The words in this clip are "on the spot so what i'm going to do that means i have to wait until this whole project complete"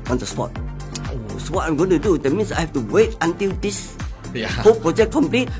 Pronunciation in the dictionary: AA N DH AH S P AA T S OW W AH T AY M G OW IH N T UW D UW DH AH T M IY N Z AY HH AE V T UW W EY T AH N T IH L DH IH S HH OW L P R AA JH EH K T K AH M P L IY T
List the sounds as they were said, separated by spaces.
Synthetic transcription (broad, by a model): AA N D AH S P AA T S OW W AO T AY M G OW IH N T UW D UW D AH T M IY N S AY HH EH F T UW W EY T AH N T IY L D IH S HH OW P R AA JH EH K K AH M P L IY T